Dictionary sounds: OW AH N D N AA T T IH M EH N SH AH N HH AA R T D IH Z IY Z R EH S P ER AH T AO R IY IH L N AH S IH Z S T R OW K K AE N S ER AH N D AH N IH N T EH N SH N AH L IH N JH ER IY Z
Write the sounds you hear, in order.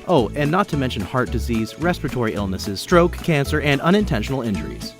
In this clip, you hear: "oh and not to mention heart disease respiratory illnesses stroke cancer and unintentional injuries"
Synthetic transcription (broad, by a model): OW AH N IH N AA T T IH M EH N SH AH N HH AA R T D IH Z IY Z R EH S P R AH T AO R IY IH L N AH S IH Z S T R OW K K AE N S ER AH N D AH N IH N T EH N SH N L IH N JH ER IY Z